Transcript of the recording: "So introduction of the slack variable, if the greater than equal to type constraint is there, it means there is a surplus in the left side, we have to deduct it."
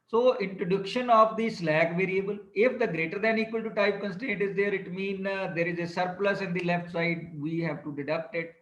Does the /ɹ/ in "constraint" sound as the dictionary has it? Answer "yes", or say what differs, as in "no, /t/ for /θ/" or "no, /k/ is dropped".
no, /ɹ/ is dropped